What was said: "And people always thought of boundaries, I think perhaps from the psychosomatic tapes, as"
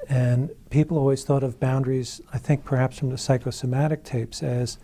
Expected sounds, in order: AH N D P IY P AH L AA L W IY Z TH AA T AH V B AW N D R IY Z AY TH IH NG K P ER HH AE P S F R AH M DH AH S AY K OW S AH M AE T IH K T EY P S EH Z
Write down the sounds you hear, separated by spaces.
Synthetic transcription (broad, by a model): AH N P IY P L AA L W IY Z TH AA T AH V B AW N D R IY Z AY TH IH NG K P ER HH AE P S F R AH M DH AH S AY K OW S AH M AE T IH K T EY P S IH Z